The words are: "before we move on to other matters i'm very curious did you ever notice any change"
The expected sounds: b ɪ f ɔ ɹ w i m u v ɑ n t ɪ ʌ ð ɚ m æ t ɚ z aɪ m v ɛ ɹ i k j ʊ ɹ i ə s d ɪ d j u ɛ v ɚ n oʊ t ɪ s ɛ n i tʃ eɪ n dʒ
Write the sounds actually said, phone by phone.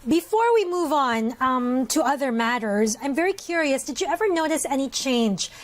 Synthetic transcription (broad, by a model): b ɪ f ɔ ɹ w i m u v n t ɪ ʌ ð ɚ m æ t ɚ z aɪ m v ɛ ɹ i k j ʊ ɹ i ə s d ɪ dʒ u ɛ v ɚ n oʊ t ɪ s ɛ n i tʃ eɪ n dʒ